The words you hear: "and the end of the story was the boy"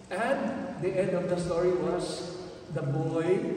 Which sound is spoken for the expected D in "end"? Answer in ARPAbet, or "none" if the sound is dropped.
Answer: D